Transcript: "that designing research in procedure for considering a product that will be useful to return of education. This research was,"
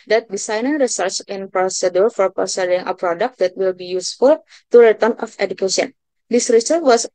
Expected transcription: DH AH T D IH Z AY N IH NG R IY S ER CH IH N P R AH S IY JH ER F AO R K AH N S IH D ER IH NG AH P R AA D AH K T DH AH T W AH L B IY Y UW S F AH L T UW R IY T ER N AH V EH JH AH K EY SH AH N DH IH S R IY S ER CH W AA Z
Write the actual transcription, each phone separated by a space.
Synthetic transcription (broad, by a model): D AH T D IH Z AY N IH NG R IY S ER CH IH N P R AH S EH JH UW F AO R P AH S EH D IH NG AH P R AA D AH K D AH T W AH L B IY Y UW S F AH L T UW R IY T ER N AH F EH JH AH K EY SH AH N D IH S R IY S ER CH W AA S